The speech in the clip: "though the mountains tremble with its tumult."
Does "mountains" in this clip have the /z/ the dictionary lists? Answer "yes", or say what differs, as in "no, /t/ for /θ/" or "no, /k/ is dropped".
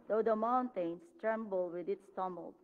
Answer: no, /s/ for /z/